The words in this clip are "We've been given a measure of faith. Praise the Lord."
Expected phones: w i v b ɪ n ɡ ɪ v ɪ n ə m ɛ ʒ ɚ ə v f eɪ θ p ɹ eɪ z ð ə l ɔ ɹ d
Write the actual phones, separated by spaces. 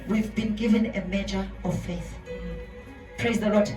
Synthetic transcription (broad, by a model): w i v b ɪ n ɡ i v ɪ n ə m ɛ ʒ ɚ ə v f eɪ θ p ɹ eɪ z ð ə l ɔ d